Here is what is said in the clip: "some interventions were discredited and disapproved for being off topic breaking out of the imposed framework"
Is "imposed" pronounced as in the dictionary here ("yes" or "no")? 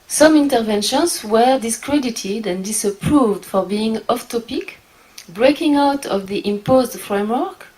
yes